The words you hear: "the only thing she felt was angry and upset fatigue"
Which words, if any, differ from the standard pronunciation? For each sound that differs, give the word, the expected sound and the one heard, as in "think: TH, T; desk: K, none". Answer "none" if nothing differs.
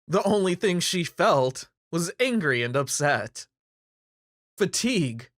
none